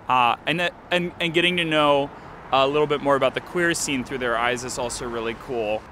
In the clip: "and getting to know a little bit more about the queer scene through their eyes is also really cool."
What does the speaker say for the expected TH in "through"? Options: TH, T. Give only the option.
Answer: TH